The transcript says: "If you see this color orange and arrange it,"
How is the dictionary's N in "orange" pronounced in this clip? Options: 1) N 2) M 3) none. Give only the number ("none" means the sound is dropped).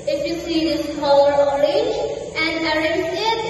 3